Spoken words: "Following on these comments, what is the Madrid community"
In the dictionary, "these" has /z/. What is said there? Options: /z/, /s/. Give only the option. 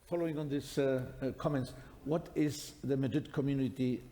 /s/